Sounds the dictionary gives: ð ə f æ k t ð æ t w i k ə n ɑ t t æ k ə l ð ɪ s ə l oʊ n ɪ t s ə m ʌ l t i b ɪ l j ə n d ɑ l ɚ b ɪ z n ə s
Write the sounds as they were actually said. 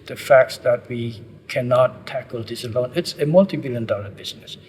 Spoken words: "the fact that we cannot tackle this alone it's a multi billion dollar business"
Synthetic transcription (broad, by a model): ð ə f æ k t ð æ t w i k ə n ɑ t t æ k ə l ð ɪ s ə l oʊ n ɪ t s ə m ʌ l t i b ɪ l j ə n d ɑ l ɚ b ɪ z n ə s